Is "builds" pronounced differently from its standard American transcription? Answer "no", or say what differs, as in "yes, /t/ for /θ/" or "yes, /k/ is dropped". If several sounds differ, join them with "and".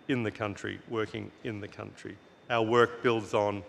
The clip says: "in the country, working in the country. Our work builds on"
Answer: no